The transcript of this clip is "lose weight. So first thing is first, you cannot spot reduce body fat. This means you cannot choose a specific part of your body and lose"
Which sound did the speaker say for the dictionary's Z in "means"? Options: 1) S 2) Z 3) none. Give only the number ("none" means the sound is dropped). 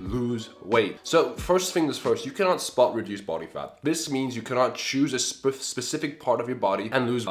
2